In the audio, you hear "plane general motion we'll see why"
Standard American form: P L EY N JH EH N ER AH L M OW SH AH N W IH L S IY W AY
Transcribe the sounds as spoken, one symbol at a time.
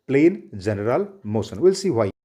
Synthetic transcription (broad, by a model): P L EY N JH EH N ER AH L M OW S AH N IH L S IY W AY